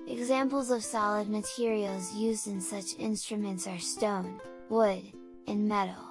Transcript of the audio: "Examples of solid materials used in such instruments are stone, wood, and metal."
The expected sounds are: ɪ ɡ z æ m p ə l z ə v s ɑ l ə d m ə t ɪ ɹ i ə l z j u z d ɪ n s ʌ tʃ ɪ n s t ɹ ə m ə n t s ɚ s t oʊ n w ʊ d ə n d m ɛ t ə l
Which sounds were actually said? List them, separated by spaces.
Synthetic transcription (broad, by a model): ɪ ɡ z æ m p l z ə v s ɑ l ə d m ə t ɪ ɹ i l z j u z d ɪ n s ʌ tʃ ɪ n s t ɹ ə m ə n t s ɚ s t oʊ n w ʊ d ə n m ɛ t l